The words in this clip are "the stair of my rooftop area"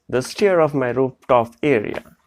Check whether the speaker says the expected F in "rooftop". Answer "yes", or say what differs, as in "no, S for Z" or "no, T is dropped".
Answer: no, P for F